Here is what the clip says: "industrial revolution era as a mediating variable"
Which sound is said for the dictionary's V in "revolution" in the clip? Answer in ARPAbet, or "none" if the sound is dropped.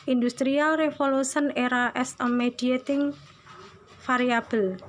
F